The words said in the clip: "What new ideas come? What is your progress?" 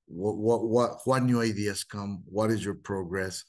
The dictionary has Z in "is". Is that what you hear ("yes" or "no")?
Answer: yes